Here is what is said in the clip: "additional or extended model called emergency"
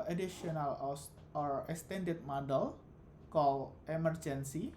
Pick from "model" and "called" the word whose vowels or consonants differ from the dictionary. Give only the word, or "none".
called